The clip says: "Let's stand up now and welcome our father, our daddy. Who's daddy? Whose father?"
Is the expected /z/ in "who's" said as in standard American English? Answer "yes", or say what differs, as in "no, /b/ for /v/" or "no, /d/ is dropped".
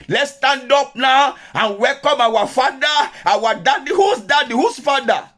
no, /s/ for /z/